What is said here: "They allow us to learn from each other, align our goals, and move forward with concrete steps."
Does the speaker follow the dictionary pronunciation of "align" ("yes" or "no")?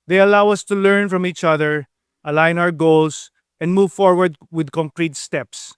yes